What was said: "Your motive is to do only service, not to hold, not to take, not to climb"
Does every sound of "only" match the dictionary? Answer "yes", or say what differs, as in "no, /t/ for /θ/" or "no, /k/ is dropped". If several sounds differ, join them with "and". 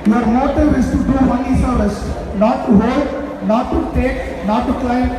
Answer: no, /l/ is dropped